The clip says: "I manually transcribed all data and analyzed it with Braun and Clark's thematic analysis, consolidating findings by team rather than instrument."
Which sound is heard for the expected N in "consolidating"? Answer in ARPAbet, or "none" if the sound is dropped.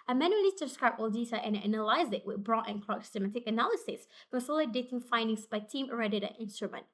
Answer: none